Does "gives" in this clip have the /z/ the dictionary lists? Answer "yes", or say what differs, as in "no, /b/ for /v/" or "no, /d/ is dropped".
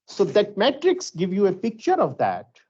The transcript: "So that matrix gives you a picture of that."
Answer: no, /z/ is dropped